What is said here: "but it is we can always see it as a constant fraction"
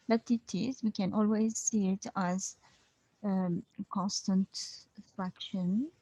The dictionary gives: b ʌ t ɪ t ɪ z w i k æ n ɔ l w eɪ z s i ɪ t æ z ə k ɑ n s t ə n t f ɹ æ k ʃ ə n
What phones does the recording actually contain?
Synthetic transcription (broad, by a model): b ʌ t ɪ t ɪ z w i k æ n ɔ l w eɪ z s i ɪ t æ z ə k ɑ n s t ə n t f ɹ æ k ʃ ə n